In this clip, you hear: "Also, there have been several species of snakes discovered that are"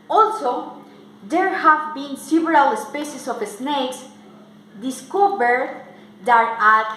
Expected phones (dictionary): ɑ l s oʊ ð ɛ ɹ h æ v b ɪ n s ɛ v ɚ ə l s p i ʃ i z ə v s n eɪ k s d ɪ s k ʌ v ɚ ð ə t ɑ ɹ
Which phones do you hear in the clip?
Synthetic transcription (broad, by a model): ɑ l s oʊ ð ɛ ɹ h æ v b ɪ n s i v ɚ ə l s p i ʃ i s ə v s n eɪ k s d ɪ s k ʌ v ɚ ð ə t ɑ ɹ